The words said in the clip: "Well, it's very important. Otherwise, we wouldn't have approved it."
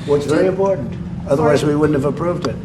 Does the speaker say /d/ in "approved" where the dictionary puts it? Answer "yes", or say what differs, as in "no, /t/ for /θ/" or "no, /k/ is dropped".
yes